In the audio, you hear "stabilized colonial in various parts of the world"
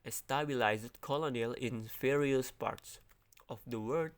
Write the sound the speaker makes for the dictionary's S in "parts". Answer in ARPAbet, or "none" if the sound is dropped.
S